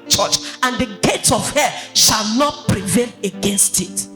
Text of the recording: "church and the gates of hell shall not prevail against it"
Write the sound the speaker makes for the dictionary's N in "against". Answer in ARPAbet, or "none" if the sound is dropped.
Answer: N